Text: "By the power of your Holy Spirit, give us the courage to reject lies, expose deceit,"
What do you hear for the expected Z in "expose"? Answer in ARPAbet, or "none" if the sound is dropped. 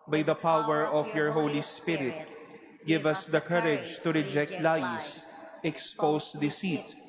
S